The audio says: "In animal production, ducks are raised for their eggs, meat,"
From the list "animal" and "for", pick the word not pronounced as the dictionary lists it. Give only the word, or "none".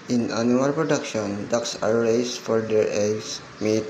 animal